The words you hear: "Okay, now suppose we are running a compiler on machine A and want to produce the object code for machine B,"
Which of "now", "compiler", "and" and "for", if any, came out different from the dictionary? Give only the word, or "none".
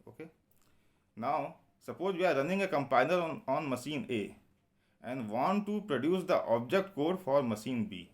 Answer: compiler